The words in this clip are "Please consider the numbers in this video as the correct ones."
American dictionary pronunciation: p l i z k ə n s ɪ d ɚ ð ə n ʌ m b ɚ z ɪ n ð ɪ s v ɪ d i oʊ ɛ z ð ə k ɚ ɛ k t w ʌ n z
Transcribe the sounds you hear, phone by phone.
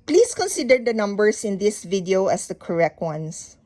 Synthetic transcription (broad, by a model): p l i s k ə n s ɪ d ɚ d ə n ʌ m b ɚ s ɪ n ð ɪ s v ɪ d i oʊ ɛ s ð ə k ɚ ɛ k t w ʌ n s